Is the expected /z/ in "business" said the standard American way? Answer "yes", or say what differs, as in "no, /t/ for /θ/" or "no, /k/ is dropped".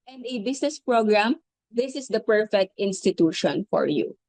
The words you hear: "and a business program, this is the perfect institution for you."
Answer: no, /s/ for /z/